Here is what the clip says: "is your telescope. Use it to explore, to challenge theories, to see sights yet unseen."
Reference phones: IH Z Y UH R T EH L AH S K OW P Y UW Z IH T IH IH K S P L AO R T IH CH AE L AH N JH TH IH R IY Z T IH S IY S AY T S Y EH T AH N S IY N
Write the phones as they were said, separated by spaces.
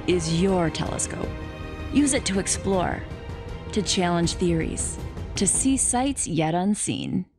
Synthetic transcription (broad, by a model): IH Z Y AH R T EH L AH S K OW P Y UW Z IH T IH IH K S P L AO R T IH CH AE L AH N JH TH IH R IY Z T IH S IY S AY T S Y EH T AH N S IY N